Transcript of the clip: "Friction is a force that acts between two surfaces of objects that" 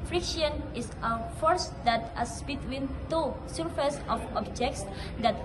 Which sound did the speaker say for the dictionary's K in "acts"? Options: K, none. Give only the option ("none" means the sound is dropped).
none